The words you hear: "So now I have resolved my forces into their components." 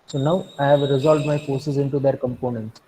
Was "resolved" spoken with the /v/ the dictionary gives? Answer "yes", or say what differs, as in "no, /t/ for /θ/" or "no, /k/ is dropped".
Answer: yes